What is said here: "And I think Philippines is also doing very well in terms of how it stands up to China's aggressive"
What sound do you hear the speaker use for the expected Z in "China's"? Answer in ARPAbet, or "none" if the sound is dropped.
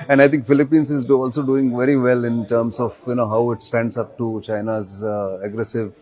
Z